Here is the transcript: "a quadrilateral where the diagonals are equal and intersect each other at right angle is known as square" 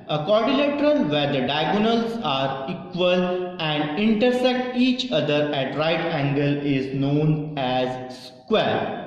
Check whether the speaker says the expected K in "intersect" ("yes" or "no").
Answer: yes